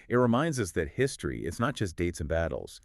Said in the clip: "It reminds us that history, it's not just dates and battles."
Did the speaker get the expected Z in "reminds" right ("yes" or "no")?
yes